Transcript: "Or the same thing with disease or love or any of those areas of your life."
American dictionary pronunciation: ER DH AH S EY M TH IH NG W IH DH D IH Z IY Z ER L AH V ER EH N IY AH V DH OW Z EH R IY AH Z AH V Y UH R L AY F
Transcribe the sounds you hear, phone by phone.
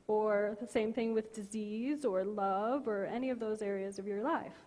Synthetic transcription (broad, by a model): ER DH AH S EY M TH IH NG W IH DH D IH Z IY Z ER L AH V ER EH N IY AH V DH OW Z EH R IY AH Z AH V Y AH R L AY F